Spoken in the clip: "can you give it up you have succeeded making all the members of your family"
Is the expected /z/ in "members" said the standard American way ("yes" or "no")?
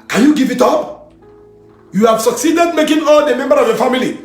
no